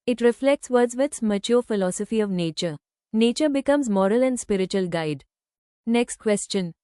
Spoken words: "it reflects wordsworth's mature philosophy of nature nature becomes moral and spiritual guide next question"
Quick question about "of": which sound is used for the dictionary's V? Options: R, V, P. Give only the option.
V